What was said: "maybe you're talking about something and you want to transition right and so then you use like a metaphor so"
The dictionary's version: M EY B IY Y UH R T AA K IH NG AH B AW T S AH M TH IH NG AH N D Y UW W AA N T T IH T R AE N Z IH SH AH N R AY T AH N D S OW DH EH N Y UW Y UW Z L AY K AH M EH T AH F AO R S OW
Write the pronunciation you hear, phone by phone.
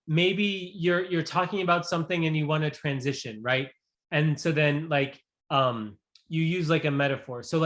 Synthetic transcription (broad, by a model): M EY B IY Y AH R T AA K IH NG AH B AW T S AH M TH IH NG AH N Y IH W AA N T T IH T R AE N Z IH SH AH N R AY T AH N S OW DH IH N Y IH Y UW Z L AY K AH M EH T AH F AO R S OW